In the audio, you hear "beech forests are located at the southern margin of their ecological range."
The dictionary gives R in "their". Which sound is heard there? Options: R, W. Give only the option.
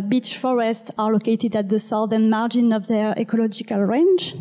R